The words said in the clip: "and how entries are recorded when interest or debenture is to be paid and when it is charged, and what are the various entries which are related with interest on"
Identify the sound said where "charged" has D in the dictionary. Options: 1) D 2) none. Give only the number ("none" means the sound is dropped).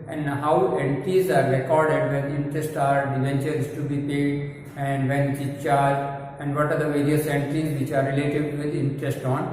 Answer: 2